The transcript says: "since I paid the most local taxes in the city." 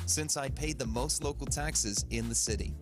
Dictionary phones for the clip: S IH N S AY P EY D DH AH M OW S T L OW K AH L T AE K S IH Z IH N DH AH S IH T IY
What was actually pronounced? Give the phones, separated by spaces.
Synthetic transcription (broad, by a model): S IH N S AY P EY D DH AH M OW S T L OW K L T AE K S IH Z IH N DH AH S IH T IY